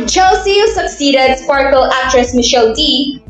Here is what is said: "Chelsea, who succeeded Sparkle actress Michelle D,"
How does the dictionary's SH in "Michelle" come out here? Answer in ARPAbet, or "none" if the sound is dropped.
SH